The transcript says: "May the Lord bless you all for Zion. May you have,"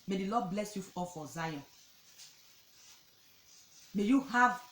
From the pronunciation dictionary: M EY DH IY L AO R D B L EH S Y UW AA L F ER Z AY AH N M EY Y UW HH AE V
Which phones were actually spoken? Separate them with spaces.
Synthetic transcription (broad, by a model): M EY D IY L AO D B L EH S Y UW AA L F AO Z AY AH N M EY Y UW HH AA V